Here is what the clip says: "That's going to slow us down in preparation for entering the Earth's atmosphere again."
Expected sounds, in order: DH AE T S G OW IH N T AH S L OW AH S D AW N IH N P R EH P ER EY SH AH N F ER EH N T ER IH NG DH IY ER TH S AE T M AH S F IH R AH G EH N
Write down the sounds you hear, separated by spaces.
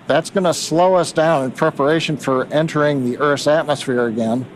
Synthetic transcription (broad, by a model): DH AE T S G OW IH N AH S L OW AH S D AW N IH N P R EH P ER EY SH AH N F ER EH N T ER IH NG DH IY ER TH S AE T M AH S F IH R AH G EH N